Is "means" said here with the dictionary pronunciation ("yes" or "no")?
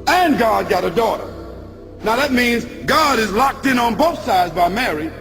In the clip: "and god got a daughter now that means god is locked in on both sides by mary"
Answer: yes